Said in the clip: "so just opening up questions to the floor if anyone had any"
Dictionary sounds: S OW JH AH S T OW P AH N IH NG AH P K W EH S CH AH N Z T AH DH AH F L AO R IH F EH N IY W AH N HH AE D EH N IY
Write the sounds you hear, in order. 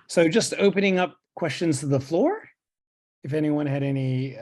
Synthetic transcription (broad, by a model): S OW JH AH S T OW P AH N IH NG AH P K W EH S CH AH N Z T AH DH AH F L AO R IH F EH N IY W AH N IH D EH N IY